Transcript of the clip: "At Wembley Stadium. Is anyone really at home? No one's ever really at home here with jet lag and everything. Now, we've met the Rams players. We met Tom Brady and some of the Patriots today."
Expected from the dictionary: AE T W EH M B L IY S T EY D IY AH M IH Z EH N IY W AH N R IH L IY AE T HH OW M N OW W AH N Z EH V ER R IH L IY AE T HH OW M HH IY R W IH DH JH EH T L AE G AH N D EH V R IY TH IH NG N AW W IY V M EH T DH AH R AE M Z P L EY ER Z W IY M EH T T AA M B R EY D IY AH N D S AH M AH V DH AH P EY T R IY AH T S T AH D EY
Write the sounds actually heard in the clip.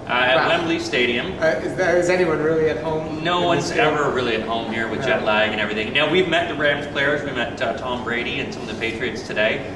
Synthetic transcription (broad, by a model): T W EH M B L IY S T EY D IY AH M IH Z EH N IY W AH N R IH L IY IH T HH OW M N OW W AH N Z EH V ER R IH L IY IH T HH OW M HH IY R W IH DH JH EH T L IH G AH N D EH V R IY TH IH NG N AW W IY V M EH T DH AH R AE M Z P L EY ER Z W IY M EH T T AA M B R EY D IY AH N S AH M AH V DH AH P EY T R IY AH T S T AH D EY